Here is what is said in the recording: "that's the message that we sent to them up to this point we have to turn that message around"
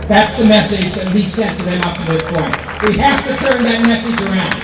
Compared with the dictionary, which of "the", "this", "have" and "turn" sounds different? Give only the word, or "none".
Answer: have